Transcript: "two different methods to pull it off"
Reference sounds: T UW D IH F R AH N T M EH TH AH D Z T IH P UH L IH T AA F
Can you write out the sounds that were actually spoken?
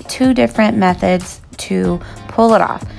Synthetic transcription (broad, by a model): T UW D IH F R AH N M EH TH AH D Z T IH P UH L IH T AA F